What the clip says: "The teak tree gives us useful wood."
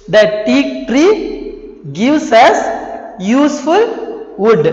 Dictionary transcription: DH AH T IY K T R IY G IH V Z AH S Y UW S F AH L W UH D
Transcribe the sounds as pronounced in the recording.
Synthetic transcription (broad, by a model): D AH T IY K T R IY G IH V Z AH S Y UW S F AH L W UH D